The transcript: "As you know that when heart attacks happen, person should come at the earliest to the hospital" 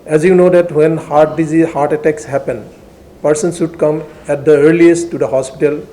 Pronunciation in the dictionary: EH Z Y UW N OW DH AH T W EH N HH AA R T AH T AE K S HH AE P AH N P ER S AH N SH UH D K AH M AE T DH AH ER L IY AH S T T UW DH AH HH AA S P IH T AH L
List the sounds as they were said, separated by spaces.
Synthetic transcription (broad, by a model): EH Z Y UW N OW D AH T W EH N HH AA R T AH T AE K S HH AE P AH N P ER S AH N S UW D K AH M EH T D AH ER L IY AH S T T UW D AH HH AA S P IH T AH L